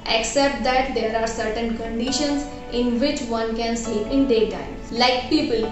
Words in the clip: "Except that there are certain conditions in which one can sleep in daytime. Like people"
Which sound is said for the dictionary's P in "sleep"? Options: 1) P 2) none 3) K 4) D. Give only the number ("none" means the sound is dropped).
2